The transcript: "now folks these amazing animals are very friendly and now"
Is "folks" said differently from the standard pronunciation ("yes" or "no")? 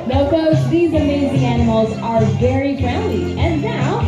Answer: yes